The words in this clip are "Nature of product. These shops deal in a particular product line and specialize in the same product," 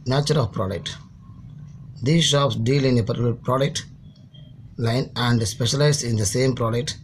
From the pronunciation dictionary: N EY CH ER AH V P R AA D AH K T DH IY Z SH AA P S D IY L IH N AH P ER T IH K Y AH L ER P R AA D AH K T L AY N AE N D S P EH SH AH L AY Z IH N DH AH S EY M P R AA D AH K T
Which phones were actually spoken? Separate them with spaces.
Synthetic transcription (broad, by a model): N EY CH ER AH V P R AA D AH K T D IY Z SH AA P S D IY L IH N AH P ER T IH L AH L P R AA D AH K T L AY N AE N D S P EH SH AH L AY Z IH N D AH S EY M P R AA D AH K T